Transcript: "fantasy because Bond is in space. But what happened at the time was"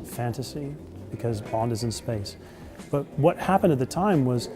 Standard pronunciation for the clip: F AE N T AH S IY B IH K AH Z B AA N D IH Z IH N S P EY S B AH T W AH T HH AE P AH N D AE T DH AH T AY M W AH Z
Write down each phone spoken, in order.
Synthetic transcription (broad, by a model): F AE N T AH S IY B IH K AH Z B AA N D IH Z IH N S P EY S B AH T W AH T HH AE P AH N D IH T DH AH T AY M W AH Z